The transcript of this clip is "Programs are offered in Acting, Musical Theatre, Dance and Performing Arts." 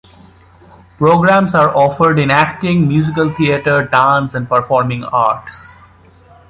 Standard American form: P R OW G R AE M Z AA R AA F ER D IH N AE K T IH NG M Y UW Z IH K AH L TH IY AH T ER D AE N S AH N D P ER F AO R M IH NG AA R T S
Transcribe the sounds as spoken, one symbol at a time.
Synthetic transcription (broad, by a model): P R OW G R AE M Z AA R AA F ER D IH N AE K T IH NG M Y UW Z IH K AH L T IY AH T ER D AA N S AH N D P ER F AO R M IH NG AA R T S